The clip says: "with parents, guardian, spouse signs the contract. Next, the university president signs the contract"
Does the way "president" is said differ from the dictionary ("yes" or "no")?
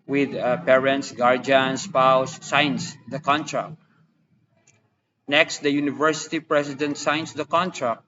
yes